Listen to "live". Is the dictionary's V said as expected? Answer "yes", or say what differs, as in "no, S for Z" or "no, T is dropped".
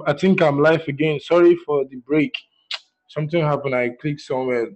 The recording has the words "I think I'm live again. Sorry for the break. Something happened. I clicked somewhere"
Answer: no, F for V